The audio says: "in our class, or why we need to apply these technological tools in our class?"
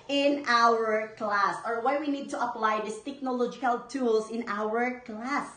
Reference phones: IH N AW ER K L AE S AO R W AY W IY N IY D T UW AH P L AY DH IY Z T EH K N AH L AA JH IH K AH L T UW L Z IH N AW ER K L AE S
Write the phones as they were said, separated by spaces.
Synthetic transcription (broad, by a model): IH N AW ER K L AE S AO R W AY W IY N IY D T UW AH P L AY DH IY S T EH K N AH L AA JH IH K AH L T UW L S IH N AW ER K L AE S